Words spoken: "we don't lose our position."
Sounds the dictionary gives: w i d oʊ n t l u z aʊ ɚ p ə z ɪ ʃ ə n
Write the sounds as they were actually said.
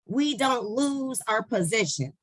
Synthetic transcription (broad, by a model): w i d oʊ n t l u z aʊ ɚ p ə z ɪ ʃ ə n